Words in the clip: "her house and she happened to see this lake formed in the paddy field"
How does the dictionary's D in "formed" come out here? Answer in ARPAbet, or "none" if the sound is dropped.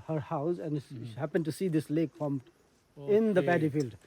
none